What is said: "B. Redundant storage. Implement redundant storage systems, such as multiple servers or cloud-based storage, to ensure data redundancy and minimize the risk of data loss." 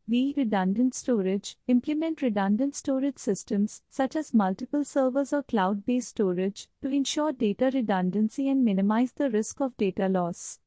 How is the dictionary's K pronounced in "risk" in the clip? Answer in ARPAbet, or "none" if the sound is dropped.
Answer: K